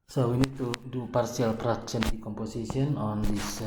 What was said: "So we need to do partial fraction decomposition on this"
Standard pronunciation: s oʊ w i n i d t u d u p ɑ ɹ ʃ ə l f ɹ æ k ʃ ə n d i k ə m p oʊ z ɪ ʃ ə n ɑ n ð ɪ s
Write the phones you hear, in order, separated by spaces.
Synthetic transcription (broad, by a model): s oʊ w i n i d t u d u p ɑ ɹ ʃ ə l p ɹ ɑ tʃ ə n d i k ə m p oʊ s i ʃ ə n ɑ n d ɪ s